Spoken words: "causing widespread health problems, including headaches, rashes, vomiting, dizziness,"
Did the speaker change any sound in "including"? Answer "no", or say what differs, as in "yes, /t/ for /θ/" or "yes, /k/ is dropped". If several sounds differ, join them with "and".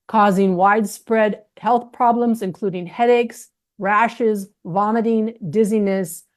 no